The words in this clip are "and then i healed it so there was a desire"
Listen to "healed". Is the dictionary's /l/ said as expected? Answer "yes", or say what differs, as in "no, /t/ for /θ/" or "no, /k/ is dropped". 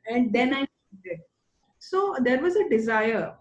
no, /l/ is dropped